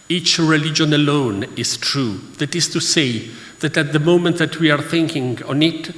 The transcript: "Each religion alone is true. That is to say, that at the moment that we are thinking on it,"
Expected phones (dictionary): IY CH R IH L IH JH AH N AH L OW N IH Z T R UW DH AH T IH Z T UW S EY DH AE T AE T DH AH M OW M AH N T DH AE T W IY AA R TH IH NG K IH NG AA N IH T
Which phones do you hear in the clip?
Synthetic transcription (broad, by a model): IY CH R IH L IH JH AH N AH L OW N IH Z T R UW DH AH T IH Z T UW S EY DH AE T AE T DH AH M OW M AH N T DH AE T W IY AA R TH IH NG K IH NG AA N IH T